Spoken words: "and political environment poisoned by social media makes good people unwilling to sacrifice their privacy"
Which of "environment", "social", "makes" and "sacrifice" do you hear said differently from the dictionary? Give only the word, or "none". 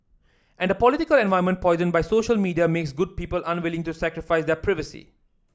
environment